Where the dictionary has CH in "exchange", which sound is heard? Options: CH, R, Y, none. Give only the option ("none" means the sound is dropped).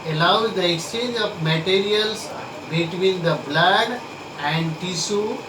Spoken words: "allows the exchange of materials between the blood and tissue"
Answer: CH